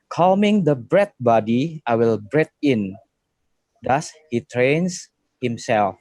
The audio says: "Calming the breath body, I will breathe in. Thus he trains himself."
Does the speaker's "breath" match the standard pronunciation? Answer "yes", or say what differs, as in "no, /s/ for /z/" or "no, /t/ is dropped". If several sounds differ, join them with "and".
no, /t/ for /θ/